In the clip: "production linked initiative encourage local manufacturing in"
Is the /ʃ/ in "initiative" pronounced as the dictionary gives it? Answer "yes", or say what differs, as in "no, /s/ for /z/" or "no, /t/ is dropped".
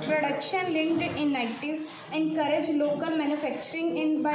no, /ʃ/ is dropped